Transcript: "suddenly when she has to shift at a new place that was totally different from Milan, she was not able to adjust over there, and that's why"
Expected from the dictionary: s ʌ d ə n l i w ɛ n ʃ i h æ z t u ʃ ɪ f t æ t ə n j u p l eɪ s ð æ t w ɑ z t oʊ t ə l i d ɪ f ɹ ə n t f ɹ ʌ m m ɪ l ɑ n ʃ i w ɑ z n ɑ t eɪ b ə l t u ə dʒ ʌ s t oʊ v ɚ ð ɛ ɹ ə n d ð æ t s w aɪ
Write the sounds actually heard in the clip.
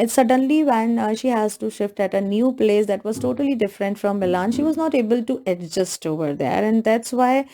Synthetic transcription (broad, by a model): s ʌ d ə n l i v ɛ n ʃ i h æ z t u ʃ ɪ f t æ t ə n j u p l eɪ s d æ t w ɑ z t oʊ t ə l i d ɪ f ɹ ə n t f ɹ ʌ m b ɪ l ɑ n ʃ i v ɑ z n ɑ t eɪ b ə l t u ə dʒ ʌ s t oʊ v ɚ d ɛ ɹ ə n d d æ t s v aɪ